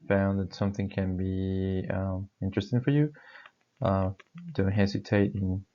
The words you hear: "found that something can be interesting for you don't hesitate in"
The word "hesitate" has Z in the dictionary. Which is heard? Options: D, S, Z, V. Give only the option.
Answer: S